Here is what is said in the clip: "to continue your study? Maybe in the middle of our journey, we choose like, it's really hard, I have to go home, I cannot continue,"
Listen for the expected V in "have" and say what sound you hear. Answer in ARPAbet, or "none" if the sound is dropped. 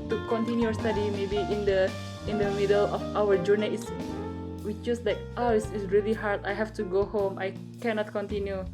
F